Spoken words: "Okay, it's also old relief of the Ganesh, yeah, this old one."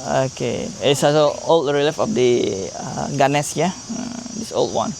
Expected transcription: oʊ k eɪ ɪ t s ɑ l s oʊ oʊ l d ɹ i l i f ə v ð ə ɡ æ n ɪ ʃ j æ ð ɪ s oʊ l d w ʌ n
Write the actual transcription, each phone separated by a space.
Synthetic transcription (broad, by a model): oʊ k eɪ ɪ t s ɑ s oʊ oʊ l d ɹ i l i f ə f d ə ɡ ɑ n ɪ s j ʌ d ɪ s oʊ l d w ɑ n